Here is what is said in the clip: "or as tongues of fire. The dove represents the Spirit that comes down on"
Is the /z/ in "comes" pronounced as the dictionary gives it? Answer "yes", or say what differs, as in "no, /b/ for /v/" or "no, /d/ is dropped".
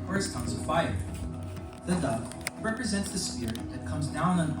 yes